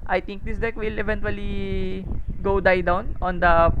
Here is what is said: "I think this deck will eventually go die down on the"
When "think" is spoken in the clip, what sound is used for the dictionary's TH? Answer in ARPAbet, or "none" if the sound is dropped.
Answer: T